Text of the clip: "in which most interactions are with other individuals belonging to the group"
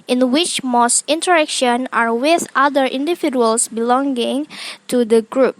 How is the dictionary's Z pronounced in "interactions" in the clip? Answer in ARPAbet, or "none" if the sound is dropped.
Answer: none